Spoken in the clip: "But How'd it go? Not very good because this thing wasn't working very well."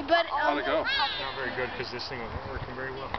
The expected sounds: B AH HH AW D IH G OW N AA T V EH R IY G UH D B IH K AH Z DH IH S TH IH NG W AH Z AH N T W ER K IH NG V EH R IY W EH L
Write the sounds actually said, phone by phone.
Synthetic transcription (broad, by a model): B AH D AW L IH G OW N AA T V EH R IY G UH D K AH Z DH IH S TH IH NG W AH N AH T W ER K IH NG V EH R IY W EH L